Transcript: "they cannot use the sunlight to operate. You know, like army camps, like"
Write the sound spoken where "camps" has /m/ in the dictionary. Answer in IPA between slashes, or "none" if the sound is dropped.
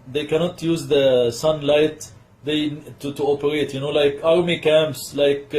/m/